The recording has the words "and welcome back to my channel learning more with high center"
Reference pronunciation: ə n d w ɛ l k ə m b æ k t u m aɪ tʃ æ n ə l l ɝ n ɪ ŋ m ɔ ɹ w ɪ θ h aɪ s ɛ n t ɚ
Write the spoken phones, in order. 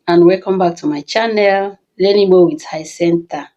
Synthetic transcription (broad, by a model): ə n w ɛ k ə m b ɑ k t u m aɪ tʃ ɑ n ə l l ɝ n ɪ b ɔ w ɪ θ h aɪ s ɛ n t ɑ